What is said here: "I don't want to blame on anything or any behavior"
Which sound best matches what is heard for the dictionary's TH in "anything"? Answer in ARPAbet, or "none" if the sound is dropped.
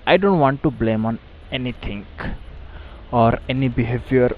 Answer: T